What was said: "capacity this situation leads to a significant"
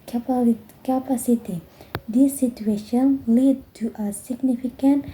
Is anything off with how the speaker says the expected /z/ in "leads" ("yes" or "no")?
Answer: yes